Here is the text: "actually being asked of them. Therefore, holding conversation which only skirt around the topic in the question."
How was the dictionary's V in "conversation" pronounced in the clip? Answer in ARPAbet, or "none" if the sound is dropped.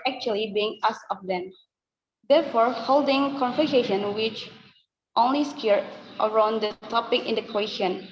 F